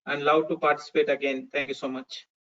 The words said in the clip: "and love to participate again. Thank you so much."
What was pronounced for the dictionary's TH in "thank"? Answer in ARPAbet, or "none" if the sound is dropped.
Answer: T